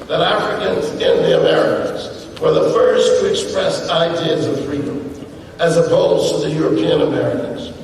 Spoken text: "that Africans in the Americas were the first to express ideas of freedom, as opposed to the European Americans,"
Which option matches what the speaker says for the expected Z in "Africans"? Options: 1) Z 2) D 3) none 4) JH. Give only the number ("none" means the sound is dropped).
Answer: 1